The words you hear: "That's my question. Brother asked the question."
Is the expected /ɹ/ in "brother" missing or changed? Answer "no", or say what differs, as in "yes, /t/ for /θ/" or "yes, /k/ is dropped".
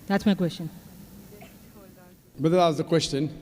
yes, /ɹ/ is dropped